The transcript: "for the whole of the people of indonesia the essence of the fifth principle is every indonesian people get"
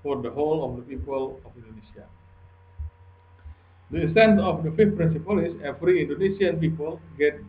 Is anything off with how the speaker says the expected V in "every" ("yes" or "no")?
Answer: yes